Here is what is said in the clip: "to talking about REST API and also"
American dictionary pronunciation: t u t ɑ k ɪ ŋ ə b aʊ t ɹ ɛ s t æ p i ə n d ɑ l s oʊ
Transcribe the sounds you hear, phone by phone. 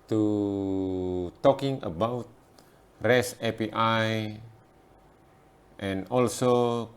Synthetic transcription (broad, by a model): t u t ɑ k ɪ ŋ ə b aʊ t ɹ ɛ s ɛ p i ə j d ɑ l s oʊ